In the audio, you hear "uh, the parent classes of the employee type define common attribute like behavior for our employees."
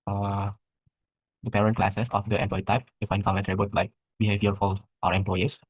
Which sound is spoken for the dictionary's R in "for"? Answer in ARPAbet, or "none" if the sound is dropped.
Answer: L